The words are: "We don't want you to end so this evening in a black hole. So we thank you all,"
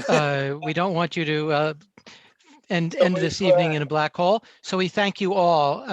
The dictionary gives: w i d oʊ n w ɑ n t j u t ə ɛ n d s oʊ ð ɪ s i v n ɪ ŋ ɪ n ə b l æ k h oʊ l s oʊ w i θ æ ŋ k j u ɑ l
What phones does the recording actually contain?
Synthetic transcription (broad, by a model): w i d oʊ n w ɑ n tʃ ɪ t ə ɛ n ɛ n ð ɪ s i v n ɪ ŋ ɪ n ə b l æ k h oʊ l s oʊ w i θ æ ŋ k j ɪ ɑ l